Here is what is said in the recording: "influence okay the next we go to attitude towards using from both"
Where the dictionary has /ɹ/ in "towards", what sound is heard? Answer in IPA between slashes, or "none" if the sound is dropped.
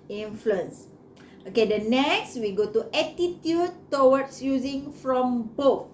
/w/